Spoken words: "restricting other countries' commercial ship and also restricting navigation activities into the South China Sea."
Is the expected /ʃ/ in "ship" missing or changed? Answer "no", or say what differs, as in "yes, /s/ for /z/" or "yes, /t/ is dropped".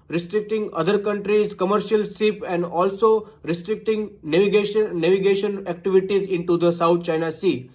yes, /s/ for /ʃ/